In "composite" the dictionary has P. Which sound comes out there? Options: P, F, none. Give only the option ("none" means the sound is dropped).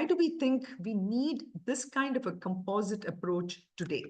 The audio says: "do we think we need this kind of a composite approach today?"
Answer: P